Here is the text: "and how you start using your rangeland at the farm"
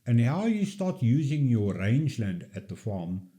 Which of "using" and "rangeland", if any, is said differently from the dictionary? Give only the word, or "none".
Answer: none